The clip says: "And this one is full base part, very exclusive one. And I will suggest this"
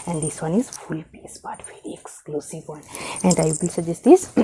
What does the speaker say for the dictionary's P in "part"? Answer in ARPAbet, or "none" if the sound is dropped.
B